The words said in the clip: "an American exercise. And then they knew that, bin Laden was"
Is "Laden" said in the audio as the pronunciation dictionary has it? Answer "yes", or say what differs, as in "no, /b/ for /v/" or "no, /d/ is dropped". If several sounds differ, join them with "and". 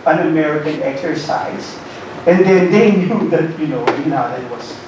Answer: no, /n/ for /l/